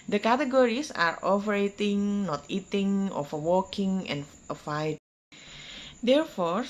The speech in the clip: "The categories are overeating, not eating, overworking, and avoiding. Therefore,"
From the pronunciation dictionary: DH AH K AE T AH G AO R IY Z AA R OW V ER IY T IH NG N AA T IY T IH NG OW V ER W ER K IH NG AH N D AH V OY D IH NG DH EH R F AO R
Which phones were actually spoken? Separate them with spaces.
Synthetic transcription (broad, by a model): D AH K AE T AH G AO R IY S AA R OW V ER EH T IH NG N AA T IY T IH NG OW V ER W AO K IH NG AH N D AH F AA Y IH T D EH R F AO R